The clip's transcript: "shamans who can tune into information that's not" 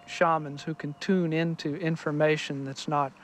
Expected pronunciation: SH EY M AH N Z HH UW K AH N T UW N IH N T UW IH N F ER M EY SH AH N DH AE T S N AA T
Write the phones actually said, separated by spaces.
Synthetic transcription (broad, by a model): SH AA M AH N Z HH UW K AH N T UW N IH N T UW IH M F ER M EY SH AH N DH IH T S N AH T